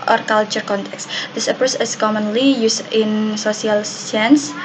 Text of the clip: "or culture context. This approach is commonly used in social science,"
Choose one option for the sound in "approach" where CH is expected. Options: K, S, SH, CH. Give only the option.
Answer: S